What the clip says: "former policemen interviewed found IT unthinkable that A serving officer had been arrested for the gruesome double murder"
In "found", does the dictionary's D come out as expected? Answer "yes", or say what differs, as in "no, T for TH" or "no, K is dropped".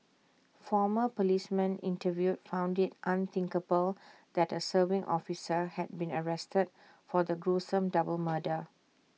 yes